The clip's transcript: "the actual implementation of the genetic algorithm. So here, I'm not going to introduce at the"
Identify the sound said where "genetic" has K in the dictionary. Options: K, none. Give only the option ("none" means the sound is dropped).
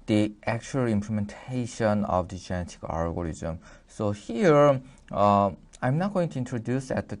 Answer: K